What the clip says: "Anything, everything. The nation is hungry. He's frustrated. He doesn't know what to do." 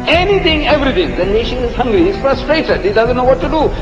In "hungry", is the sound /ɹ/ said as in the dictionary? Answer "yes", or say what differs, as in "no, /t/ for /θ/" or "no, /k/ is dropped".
yes